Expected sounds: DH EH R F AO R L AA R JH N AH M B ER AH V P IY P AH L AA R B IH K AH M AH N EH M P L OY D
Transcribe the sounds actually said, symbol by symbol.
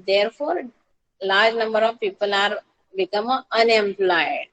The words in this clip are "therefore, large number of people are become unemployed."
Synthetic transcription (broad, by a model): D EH R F AO R L AA R JH N AH M B ER AH V P IY P AH L AA R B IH K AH M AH N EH M P L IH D